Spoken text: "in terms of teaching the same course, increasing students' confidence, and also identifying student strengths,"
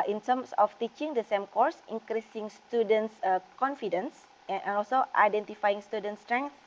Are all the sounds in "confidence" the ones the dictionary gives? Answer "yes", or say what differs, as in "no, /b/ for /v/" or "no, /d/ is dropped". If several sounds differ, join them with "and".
yes